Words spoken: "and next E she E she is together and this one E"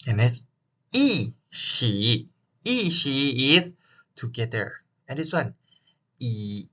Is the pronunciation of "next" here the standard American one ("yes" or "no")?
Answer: no